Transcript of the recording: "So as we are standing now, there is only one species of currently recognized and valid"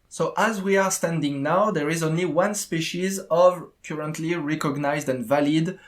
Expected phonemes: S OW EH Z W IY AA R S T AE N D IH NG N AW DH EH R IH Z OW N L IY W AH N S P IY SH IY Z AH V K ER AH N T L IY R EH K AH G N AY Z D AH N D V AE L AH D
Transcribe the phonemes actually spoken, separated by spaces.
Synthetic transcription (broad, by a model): S OW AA Z W IY AA R S T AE N D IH NG N AW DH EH R IH Z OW N L IY W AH N S P IY SH IY Z AH V K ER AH N T L IY R EH K AH G N AY Z D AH N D V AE L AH D